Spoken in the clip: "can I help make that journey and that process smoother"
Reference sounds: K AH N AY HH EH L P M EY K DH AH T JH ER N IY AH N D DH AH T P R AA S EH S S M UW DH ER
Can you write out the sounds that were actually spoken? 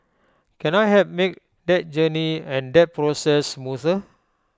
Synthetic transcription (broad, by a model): K AH N AY HH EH P M EY K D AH T JH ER N IY AH N D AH T P R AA S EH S S M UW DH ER